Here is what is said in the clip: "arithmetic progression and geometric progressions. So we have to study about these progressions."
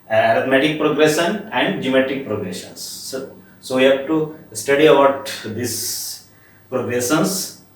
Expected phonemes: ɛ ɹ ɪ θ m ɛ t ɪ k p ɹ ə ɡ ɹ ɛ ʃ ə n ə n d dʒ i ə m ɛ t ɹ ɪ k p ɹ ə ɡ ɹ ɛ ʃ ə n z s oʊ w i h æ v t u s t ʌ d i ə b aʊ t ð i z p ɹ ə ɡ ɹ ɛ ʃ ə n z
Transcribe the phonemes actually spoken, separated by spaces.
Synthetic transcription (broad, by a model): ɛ ɹ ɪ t m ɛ t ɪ k p ɹ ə ɡ ɹ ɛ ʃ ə n ə n d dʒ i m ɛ t ɪ k p ɹ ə ɡ ɹ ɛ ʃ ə n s s oʊ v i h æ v t u s t ʌ d i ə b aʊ t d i s p ɹ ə ɡ ɹ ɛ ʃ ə n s